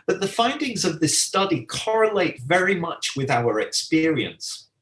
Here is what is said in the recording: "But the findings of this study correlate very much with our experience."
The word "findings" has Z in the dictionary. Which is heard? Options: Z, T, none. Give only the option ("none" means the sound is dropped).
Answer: Z